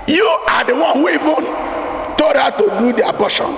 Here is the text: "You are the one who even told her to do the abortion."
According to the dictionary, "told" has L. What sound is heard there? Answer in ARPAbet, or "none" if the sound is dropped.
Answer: none